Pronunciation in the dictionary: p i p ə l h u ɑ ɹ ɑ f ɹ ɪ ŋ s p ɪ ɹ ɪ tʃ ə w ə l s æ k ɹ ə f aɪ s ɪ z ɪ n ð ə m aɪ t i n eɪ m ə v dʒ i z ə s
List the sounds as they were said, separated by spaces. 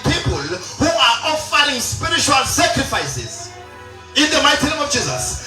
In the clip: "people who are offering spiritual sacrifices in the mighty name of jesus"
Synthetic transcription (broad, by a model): p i p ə l h u ɑ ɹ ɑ f ɹ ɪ ŋ s p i ɹ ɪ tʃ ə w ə l s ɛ k ɹ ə f aɪ s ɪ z ɪ n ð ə m aɪ t i n eɪ m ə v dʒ i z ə s